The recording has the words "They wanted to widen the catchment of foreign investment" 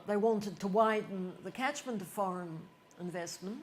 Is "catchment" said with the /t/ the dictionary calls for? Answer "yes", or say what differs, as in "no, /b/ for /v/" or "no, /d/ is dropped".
yes